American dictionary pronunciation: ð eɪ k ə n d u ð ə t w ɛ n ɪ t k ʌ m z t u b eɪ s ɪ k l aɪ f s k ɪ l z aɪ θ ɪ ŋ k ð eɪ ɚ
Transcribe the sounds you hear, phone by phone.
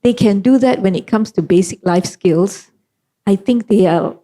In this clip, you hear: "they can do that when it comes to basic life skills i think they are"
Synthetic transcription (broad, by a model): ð eɪ k ə n d u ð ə t w ɛ n ɪ t k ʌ m s t u b eɪ s ɪ k l aɪ f s k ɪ l s aɪ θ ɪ ŋ k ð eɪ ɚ